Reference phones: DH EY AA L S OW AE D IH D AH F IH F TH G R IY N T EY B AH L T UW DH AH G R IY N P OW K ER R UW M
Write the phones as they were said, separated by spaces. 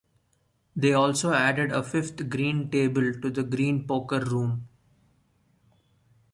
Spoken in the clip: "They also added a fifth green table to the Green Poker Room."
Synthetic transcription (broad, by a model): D EY AA L S OW AE D IH D AH F IH F T G R IY N T EY B AH L T UW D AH G R IY N P OW K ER R UW M